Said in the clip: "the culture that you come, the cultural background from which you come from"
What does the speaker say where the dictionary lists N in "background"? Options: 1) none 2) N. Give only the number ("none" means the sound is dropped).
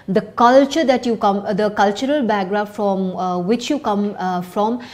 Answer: 1